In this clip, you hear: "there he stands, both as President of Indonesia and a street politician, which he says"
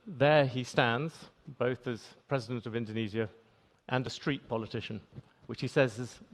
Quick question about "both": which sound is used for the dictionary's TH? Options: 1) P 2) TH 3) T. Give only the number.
2